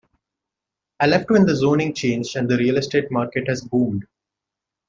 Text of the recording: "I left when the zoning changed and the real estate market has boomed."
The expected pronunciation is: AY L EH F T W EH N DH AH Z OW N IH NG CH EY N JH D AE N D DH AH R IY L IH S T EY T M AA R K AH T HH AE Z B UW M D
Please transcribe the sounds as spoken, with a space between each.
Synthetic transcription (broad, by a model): AY L EH F T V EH N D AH Z OW N IH NG CH EY N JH AE N D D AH R IY L IH S T EY T M AA R K AH T HH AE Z B UW M D